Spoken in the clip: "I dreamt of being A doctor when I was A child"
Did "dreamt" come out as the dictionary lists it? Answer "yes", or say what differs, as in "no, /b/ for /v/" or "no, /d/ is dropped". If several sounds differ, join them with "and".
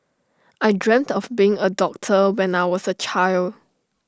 yes